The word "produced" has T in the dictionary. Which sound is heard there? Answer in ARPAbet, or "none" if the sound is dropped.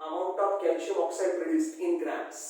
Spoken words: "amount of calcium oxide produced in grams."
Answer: T